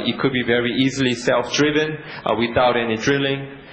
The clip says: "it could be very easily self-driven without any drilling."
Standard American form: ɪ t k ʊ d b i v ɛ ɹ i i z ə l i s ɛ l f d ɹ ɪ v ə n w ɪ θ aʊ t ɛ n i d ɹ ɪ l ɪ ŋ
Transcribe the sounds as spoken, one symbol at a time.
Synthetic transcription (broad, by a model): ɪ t k ʊ d b i v ɛ ɹ i i z ə l i s ɛ l f d ɹ ɪ v ə n w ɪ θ aʊ t ɛ n i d ɹ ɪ l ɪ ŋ